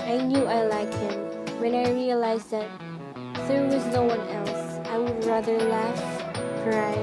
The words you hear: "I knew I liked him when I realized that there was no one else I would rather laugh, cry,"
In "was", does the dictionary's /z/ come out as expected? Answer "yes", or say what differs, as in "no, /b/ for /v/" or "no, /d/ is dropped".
yes